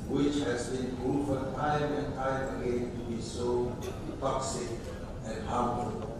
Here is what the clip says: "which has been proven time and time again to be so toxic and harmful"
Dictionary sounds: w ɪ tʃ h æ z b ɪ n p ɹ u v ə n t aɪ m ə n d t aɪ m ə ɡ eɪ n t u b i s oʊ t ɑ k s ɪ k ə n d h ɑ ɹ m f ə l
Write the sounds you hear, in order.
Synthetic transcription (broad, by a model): w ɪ tʃ h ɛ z b ɪ n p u f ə t aɪ m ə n t aɪ m ə ɡ eɪ n t u b i s oʊ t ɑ k s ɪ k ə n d h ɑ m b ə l